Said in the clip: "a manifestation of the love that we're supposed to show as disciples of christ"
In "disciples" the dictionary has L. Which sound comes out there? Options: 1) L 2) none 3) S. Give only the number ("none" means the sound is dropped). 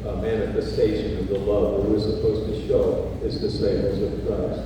2